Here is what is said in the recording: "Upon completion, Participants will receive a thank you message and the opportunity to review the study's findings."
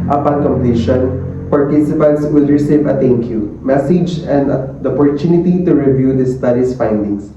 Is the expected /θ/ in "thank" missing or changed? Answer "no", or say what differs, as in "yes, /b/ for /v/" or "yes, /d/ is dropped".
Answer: yes, /t/ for /θ/